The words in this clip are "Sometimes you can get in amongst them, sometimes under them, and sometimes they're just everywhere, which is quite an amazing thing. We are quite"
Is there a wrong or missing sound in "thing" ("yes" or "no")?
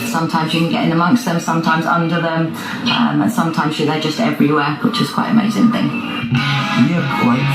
no